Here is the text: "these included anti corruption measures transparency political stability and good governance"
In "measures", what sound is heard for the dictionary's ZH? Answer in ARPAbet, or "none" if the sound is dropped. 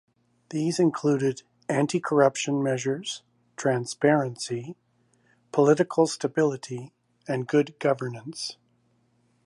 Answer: ZH